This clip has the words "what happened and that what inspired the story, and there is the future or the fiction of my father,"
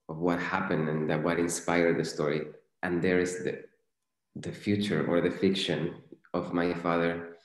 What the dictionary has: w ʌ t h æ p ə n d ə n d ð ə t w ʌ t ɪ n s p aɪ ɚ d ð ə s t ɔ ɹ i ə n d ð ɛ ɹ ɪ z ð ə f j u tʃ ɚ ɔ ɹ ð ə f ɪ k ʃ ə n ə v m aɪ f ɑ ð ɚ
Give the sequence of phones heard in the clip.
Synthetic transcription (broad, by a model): w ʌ t h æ p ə n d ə n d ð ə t w ʌ t ɪ n s p aɪ ɚ d ð ə s t ɔ ɹ i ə n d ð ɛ ɹ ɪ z ð ə f j u tʃ ɚ ɔ ɹ ð ə f ɪ k ʃ ə n ə v m aɪ f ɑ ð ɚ